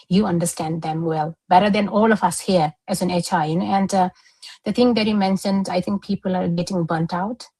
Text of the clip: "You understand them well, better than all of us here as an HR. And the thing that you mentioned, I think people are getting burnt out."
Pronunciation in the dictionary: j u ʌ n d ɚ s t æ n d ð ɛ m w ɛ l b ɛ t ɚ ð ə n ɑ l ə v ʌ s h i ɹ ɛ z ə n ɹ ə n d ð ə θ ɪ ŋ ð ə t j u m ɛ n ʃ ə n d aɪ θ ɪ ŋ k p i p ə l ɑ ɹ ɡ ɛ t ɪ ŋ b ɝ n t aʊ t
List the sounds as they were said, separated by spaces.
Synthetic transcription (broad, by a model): j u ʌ n d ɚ s t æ n d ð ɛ m w ɛ l b ɛ t ɚ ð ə n ɑ l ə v ʌ s h i ɹ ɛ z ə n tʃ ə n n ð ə t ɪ ŋ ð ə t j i m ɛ n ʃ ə n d aɪ t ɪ ŋ k p i p ə l ɑ ɹ ɡ ɛ t ɪ ŋ b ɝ n t aʊ t